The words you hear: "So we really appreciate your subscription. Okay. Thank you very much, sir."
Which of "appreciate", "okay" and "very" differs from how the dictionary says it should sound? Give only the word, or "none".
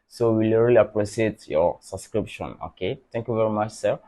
appreciate